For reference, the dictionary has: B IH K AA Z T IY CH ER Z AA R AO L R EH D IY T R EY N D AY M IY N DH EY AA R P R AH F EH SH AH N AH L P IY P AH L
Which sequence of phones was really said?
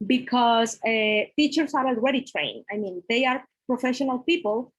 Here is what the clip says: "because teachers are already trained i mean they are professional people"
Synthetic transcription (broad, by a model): B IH K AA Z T IY CH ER S AA R AO L R EH D IY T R EY N AY M IY N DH EY AA R P R AH F EH SH AH N AH L P IY P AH L